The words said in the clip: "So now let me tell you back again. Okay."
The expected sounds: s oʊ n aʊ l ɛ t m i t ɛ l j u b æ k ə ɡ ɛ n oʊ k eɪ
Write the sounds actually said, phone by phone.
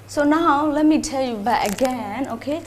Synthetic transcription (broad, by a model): s oʊ n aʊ l ɛ t m i t ɛ l j u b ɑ ə ɡ ɛ n oʊ k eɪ